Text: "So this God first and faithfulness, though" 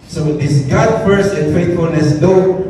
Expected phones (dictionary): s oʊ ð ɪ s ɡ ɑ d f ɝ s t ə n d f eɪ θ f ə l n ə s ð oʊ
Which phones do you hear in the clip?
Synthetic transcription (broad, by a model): s oʊ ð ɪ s ɡ ɑ d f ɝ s ə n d f eɪ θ f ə l n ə s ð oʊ